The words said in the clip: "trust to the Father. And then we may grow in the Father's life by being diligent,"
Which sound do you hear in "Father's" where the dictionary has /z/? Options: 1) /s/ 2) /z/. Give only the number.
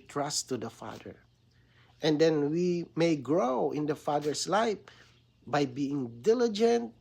1